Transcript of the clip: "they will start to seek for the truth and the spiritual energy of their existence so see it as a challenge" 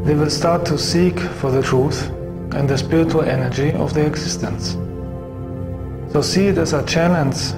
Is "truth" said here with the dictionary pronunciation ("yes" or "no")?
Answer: yes